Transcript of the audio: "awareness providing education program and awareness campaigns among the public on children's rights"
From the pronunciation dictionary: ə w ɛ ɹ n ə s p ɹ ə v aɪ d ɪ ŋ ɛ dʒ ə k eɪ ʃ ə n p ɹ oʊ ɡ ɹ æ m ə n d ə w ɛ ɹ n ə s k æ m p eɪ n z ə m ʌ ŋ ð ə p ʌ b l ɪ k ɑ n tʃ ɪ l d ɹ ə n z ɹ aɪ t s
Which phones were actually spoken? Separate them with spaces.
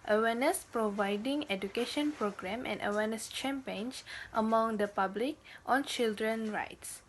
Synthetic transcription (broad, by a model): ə w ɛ n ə s p ɹ ə v aɪ d ɪ ŋ ɛ dʒ ə k eɪ ʃ ə n p ɹ oʊ ɡ ɹ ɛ m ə n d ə w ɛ n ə s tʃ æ m p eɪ n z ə m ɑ ŋ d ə p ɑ b l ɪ k ɑ n tʃ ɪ l d ɹ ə n ɹ aɪ t s